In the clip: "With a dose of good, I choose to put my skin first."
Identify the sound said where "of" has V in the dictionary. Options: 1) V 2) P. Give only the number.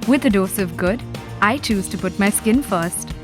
1